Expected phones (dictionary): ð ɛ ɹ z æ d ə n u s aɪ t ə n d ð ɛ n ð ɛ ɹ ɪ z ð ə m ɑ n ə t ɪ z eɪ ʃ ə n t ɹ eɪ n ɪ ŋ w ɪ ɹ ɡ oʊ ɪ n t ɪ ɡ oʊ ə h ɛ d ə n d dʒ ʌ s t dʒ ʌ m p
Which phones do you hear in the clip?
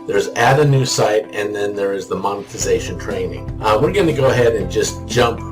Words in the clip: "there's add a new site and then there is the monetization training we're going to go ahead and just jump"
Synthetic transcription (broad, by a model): ð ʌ ɹ z æ d ə n u s aɪ t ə n ð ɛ n ð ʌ ɹ ɪ z ð ə m ɑ n ə t ɪ z eɪ ʃ ə n t ɹ eɪ n ɪ ŋ w ɪ ɹ ɡ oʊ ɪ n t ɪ ɡ oʊ ə h ɛ d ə n dʒ ʌ s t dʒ ʌ m p